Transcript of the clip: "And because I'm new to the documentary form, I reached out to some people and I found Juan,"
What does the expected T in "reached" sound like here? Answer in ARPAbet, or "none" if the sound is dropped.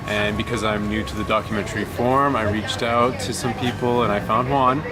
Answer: T